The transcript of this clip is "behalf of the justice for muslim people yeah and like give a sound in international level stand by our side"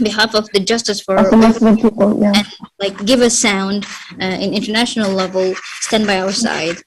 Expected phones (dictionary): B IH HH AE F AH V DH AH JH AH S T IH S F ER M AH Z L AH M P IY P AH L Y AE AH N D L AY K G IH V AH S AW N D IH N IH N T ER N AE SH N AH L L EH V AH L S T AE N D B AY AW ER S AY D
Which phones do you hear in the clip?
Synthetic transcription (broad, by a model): B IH HH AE F AH V DH AH JH AH S T IH S F ER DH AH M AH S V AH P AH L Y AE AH N L AY K G IH V AH S AW N D IH N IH N T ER N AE SH N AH L L EH V AH L S T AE N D B AY AW ER S AY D